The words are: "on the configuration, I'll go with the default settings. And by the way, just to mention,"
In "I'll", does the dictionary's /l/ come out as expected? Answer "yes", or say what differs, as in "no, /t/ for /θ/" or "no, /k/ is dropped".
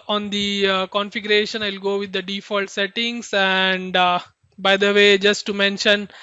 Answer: yes